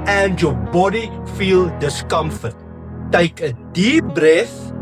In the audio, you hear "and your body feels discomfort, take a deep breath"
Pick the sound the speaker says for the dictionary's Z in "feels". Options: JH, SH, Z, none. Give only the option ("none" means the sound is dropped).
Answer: none